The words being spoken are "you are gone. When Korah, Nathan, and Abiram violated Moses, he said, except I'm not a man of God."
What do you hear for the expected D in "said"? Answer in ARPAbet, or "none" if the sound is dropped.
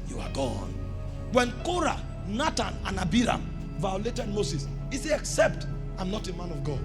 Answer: none